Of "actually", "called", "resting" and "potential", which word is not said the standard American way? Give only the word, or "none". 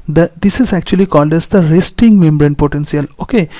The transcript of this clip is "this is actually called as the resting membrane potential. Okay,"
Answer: potential